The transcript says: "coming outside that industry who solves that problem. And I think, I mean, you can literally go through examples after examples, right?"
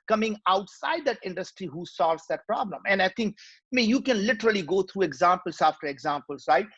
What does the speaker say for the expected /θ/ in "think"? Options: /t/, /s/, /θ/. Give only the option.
/t/